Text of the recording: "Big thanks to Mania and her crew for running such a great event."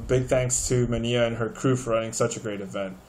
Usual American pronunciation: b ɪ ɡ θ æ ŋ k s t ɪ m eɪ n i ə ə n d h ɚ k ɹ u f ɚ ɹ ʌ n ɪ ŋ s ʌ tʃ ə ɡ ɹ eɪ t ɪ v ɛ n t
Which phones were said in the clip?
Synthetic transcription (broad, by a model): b ɪ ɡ θ æ ŋ k s t ɪ m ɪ n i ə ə n ɚ k ɹ u f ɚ ɹ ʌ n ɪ ŋ s ʌ tʃ ə ɡ ɹ eɪ t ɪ v ɛ n t